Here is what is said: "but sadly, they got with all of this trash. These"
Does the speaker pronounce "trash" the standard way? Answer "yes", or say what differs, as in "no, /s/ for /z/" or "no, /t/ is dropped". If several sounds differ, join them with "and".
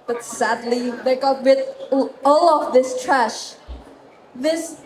yes